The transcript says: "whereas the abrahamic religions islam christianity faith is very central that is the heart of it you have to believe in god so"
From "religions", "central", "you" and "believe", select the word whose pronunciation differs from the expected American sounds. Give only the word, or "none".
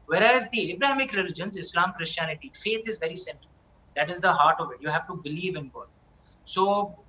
none